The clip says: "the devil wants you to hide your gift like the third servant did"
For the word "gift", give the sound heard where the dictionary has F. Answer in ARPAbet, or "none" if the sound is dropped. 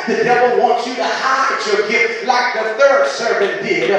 none